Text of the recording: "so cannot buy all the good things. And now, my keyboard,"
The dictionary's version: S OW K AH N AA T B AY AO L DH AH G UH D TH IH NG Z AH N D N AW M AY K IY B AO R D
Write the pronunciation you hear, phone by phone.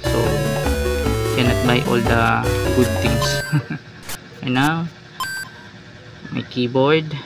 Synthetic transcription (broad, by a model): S OW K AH N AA T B AY AO L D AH G UH D T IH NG S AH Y N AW M AY K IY B AO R D